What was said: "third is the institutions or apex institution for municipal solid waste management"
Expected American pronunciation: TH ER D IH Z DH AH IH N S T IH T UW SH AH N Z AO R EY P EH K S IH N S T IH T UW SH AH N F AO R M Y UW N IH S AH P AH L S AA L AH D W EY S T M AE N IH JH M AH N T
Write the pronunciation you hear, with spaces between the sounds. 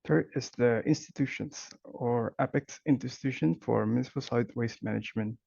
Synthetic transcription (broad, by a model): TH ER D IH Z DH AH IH N S T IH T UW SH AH N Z AO R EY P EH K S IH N T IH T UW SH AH N F AO R M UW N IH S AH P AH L S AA AH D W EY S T M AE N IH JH M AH N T